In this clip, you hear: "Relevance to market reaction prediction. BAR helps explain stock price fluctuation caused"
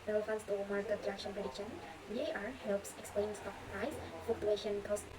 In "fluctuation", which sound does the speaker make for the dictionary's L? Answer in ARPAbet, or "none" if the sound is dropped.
none